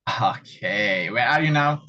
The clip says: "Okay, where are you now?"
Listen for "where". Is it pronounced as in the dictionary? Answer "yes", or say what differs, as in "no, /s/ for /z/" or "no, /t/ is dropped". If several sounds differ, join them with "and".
no, /l/ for /ɹ/